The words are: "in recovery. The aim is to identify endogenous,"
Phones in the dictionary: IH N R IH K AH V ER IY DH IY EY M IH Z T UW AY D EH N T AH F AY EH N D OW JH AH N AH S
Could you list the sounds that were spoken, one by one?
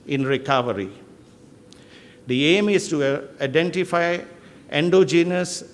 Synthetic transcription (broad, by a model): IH N R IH K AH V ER IY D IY EY M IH S T UW AY D EH N T AH F AY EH N D OW JH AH N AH S